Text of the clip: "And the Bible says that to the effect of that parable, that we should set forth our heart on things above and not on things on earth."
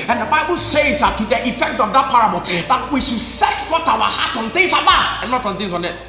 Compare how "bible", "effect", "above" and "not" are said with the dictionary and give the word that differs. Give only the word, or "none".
above